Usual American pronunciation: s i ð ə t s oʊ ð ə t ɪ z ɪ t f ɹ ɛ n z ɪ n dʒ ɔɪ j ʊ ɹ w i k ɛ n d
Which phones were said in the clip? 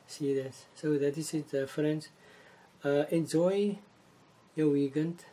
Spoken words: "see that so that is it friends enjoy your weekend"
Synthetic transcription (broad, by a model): s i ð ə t s oʊ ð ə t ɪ s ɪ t f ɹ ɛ n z ɪ n dʒ ɔɪ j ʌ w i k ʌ n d